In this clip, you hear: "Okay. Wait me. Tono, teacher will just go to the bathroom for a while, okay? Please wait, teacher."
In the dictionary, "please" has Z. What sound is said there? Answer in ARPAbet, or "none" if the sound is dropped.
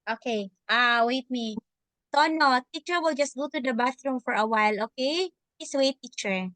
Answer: S